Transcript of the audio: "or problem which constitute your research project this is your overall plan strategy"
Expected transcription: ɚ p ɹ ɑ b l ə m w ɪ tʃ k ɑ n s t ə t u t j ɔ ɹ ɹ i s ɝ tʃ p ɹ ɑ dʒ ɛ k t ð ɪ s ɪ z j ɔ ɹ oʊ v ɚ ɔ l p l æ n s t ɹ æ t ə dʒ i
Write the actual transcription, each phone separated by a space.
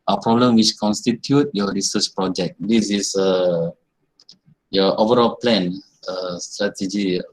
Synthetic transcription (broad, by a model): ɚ p ɹ ɑ b l ə m w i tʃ k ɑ n s t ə t u t j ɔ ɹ ɹ i s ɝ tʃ p ɹ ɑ dʒ ɛ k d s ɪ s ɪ j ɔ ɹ oʊ v ɚ ɔ l p l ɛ n s t ɹ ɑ t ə dʒ i